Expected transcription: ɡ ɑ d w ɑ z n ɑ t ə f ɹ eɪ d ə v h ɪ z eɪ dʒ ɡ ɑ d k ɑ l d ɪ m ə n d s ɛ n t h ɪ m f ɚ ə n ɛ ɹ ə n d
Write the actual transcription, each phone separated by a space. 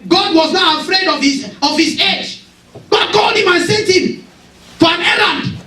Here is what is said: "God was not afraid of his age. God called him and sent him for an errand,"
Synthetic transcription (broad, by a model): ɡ ɑ d w ɑ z n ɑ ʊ ə f ɹ eɪ d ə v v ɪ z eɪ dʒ ɡ ɑ d k ɑ l d ɪ m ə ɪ s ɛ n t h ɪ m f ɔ ə n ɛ ɹ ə n d